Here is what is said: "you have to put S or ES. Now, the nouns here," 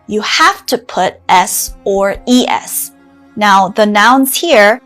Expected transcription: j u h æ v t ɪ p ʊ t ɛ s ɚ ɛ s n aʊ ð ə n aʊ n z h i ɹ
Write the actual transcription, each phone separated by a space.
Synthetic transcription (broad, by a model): j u h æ f t ɪ p ʊ t ɛ s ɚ ɛ s n aʊ ð ə n aʊ n z h i ɹ